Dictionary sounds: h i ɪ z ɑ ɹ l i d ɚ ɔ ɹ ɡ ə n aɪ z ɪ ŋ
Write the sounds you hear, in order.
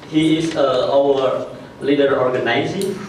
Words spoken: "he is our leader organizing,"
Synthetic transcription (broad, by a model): h i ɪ s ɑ w l i d ɚ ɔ ɹ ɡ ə n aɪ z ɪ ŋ